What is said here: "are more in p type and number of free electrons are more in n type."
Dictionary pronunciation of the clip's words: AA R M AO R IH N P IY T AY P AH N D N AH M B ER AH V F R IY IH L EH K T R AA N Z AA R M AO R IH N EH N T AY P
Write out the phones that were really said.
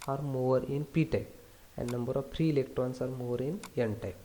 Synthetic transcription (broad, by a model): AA R M AO R IH N P IY T AY P AH N D N AH M B ER AH V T R IY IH L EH K T R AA N S AA R M AO R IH N EH N T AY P